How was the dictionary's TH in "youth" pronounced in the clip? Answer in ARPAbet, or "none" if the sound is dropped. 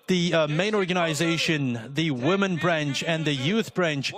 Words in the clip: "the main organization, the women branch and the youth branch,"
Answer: TH